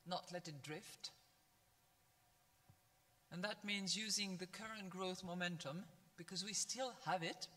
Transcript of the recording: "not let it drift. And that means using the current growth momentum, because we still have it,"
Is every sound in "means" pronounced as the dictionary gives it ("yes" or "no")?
yes